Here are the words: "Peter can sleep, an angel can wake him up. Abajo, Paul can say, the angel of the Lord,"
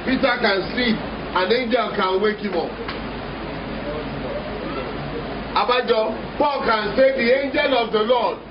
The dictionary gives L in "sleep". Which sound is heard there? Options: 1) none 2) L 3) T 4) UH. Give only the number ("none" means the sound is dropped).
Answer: 1